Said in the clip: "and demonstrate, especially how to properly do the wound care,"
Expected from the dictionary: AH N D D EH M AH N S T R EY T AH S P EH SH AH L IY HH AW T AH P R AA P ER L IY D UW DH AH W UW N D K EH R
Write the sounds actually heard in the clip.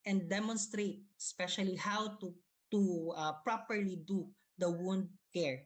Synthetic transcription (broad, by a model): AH N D D EH M AH N S T R EY T AH S P EH SH AH L IY HH AW T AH P R AA P ER L IY D UW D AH W UW N D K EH R